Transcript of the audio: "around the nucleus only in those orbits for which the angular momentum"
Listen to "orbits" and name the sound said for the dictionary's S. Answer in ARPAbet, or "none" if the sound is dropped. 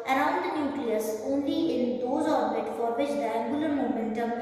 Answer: none